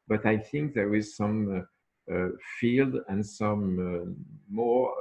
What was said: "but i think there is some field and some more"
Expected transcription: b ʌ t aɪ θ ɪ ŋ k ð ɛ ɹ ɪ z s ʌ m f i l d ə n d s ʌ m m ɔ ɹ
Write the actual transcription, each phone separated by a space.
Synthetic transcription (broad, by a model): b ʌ t aɪ θ ɪ ŋ k ð ɛ ɹ ɪ z s ʌ m f i l d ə n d s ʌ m m ɔ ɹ